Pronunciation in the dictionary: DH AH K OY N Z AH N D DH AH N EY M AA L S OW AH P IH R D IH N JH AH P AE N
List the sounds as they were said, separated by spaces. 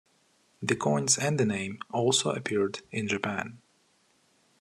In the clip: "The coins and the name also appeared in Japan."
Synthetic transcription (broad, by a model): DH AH K OY N Z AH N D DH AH N EY M AA L S OW AH P IH R D IH N JH AH P AE N